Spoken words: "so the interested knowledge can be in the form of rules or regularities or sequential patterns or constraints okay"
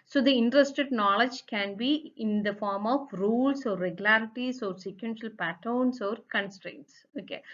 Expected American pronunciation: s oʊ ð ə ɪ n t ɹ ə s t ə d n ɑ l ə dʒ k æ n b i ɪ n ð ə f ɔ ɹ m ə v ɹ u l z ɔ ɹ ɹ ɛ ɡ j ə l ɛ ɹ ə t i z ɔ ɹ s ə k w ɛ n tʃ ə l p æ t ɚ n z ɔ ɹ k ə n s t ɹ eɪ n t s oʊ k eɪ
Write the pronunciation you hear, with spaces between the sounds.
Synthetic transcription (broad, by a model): s oʊ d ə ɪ n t ɹ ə s t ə d n ɑ l ə dʒ k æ n b i ɪ n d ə f ɔ ɹ m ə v ɹ u l s ɔ ɹ ɹ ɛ ɡ j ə l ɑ ɹ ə t i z ɔ ɹ s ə k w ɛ n ʃ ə l p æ t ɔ n s ɔ ɹ k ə n s t ɹ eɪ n t s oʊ k eɪ